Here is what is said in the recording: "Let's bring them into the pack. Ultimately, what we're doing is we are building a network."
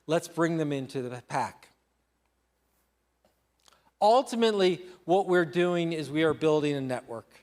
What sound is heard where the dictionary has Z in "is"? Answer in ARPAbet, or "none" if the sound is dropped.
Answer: Z